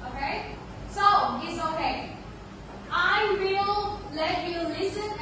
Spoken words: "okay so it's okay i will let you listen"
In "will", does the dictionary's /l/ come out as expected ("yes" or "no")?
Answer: yes